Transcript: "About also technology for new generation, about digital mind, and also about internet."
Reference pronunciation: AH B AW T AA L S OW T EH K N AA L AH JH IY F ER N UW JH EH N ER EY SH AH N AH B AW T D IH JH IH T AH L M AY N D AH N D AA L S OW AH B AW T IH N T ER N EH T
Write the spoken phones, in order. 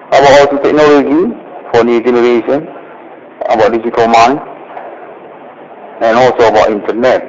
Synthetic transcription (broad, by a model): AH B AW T AA L S OW T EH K N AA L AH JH IY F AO N UW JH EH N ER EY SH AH N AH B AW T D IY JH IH T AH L M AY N AH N AA L S OW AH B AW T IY N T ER N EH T